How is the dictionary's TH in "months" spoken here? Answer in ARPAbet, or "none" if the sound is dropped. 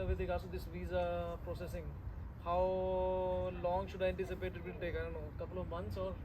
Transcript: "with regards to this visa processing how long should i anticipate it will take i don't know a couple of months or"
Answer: T